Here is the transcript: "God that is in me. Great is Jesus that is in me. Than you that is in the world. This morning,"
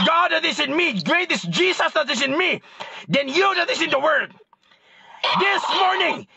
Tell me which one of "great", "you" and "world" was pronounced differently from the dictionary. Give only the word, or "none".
world